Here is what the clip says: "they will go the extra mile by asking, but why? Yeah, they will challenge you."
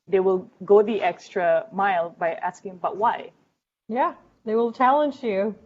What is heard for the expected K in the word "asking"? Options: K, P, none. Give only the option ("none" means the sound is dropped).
K